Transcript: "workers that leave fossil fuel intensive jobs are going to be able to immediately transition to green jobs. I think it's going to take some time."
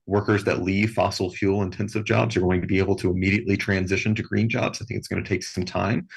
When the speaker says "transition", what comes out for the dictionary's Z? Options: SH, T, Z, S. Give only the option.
Z